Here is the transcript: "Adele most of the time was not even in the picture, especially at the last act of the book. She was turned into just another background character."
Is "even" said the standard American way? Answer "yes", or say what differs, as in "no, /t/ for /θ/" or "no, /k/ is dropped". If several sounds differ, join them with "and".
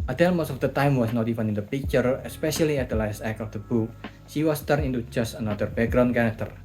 no, /f/ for /v/